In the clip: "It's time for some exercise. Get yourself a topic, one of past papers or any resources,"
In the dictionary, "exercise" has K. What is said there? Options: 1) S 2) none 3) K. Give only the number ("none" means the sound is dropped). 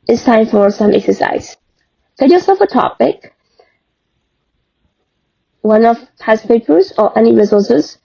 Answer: 3